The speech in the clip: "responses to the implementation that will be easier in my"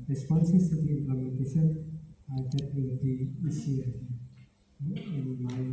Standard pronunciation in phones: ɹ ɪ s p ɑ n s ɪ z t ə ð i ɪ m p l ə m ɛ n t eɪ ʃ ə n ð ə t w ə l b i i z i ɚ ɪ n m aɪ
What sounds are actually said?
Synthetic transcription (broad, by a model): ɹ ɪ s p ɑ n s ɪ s t ə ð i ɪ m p l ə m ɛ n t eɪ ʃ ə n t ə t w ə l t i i s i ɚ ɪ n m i